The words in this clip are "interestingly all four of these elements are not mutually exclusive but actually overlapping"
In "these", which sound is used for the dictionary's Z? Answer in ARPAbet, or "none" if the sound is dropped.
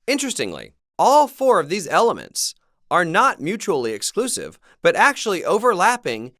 Z